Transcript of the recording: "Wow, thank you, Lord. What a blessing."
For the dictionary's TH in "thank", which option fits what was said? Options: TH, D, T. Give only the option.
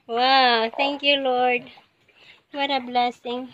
T